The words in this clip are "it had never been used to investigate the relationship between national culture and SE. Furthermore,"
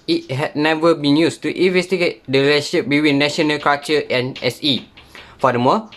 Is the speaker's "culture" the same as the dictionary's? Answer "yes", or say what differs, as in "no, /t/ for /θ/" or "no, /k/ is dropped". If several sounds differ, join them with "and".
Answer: no, /l/ is dropped